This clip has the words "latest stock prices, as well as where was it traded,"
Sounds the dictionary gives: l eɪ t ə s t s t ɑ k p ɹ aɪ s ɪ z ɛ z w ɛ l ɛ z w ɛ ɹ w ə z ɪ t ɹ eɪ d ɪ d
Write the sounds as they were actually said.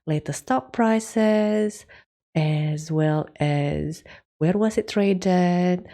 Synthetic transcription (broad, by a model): l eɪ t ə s s t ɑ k p ɹ aɪ s ɪ z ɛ z w ɛ l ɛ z w ɛ ɹ w ə z ɪ t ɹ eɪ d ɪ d